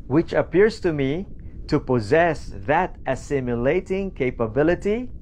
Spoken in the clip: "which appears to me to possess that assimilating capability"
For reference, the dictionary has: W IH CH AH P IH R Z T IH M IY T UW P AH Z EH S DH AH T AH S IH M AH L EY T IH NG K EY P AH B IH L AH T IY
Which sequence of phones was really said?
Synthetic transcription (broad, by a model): W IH CH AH P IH R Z T IH M IY T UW P AH Z EH S DH AH T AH S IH M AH L EY T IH NG K EY P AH B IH L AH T IY